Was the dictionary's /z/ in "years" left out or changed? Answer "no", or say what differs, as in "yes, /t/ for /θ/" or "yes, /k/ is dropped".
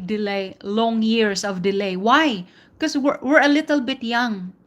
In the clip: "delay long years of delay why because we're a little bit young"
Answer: yes, /s/ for /z/